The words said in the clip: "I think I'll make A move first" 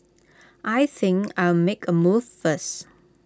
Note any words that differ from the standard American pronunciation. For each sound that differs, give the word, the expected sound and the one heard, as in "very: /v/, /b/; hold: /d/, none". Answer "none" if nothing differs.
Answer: first: /t/, none